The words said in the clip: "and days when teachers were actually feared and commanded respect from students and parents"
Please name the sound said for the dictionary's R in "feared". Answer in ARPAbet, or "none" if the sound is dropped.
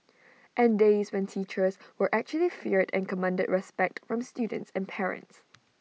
R